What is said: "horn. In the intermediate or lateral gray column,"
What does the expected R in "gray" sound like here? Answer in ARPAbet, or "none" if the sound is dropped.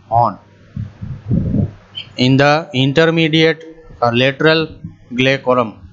L